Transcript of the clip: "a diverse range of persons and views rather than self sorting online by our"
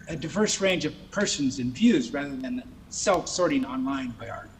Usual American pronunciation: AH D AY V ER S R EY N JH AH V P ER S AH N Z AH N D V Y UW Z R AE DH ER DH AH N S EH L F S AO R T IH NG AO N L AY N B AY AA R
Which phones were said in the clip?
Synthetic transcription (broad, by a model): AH D AY V ER S R EY N JH AH V P ER S AH N Z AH N V Y UW Z R AE DH ER DH AH N S EH L F S AO R T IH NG AO N L AY N B AY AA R